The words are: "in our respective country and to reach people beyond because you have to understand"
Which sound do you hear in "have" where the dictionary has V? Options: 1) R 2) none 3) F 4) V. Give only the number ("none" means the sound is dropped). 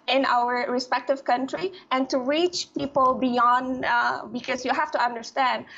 3